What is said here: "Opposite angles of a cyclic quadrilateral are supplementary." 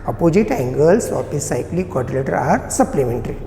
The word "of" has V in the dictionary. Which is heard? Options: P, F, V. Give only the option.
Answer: P